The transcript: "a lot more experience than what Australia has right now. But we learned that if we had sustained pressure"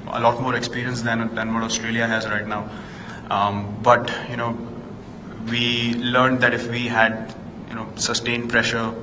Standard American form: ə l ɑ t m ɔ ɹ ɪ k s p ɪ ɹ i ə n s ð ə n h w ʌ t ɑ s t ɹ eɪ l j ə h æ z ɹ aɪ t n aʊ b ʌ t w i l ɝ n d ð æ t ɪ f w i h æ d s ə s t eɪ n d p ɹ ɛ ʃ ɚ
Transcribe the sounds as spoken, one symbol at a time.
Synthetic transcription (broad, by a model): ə l ɑ t m ɔ ɹ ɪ k s p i ɹ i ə n s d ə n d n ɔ t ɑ s t ɹ eɪ l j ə h æ z ɹ aɪ t n aʊ b ʌ t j i l ɝ n d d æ t ɪ f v i h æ d s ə s t eɪ n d p ɹ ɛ ʃ ɚ